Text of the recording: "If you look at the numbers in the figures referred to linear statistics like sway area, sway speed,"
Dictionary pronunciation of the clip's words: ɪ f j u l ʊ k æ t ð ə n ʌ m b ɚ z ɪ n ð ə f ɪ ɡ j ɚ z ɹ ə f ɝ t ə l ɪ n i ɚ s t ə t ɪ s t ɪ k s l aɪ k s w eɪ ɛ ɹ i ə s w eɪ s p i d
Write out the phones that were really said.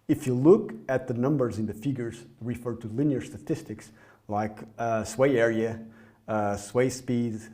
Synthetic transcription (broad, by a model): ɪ f j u l ʊ k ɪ t ð ə n ʌ m b ɚ z ɪ n ð ə f ɪ ɡ j ɚ z ɹ ə f ɝ t ə l ɪ n i ɚ s t ə t ɪ s t ɪ k s l aɪ k s w eɪ ɛ ɹ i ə s w eɪ s p i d